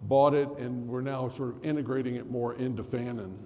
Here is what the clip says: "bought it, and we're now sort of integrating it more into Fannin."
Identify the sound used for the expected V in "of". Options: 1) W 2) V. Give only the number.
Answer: 2